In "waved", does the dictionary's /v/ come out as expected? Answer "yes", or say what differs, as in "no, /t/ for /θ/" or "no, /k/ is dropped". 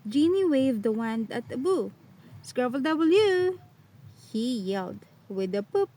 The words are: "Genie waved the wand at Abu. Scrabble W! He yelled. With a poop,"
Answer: yes